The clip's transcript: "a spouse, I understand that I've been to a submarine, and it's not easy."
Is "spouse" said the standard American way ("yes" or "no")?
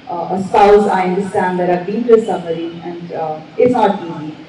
no